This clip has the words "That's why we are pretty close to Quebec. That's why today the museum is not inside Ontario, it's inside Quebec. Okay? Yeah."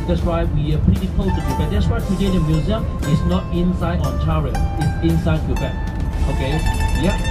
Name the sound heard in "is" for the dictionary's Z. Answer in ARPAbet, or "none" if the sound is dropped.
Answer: S